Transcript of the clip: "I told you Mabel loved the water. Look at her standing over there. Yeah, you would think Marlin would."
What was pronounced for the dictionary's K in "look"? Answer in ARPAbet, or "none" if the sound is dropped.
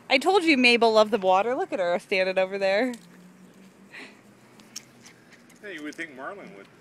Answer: K